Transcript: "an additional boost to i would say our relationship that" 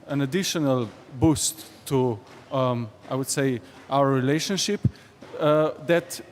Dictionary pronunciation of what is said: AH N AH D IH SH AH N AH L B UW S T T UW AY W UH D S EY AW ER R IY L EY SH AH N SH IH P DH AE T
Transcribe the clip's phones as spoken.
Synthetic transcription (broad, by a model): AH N AH D IH SH AH N AH L B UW S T T UW AY W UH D S EY AW ER R IY L EY SH AH N SH IH P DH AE T